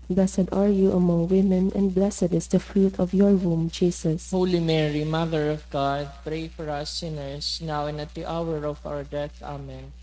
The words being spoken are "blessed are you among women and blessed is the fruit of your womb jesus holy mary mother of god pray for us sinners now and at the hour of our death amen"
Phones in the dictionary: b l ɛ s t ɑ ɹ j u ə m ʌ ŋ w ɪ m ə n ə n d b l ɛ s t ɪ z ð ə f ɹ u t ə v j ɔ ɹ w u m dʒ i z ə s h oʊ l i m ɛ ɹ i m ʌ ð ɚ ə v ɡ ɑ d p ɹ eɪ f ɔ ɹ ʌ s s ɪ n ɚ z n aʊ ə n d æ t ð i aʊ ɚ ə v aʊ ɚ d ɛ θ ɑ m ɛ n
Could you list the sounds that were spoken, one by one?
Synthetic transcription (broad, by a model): b l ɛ s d ɑ ɹ j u ə m ʌ ŋ w ɪ m ə n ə n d b l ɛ s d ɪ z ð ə f ɹ u t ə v j ɔ ɹ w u m dʒ i s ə s h oʊ l i m ɛ ɹ i m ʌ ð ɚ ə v ɡ ɑ d p ɹ eɪ f ɔ ɹ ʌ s s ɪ n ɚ s n aʊ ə n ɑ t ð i aʊ ɚ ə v aʊ ɚ d ɛ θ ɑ m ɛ n